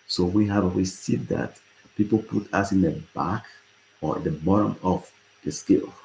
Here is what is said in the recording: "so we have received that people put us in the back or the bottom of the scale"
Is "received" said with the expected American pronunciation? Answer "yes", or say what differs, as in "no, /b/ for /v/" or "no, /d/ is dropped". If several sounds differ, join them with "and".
no, /w/ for /ɹ/ and /v/ is dropped